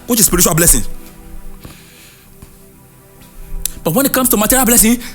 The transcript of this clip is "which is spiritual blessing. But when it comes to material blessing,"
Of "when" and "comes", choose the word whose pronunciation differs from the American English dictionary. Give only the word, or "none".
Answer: comes